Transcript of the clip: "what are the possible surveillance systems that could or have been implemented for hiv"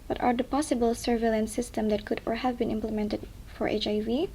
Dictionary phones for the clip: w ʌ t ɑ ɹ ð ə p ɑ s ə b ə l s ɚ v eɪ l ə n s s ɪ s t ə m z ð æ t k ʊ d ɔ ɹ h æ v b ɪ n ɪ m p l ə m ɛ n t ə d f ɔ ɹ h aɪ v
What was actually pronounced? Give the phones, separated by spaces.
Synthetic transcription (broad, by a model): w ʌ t ɑ ɹ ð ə p ɑ s ə b ə l s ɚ v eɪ l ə n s s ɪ s t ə m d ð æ t k ʊ d ɔ ɹ h æ v b ɪ n ɪ m p l ə m ɛ n t ə d f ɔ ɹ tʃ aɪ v